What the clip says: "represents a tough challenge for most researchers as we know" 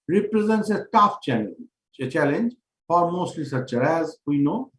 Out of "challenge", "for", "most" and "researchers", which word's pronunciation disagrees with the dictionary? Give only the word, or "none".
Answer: researchers